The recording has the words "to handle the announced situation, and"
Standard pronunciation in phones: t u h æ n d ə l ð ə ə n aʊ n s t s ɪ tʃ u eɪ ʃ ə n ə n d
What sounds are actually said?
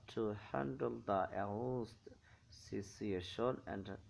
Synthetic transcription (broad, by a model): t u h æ n d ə l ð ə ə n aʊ s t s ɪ s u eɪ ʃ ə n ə n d